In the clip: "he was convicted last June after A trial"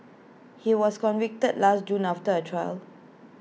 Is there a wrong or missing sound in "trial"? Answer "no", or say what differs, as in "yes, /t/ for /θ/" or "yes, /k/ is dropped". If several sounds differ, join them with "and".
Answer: no